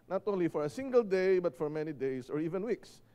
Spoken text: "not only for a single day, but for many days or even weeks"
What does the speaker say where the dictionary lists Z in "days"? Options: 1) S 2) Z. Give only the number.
1